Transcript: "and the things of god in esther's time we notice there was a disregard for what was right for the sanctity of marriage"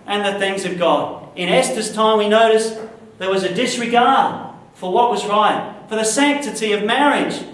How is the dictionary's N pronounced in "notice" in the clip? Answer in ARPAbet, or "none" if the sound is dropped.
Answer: N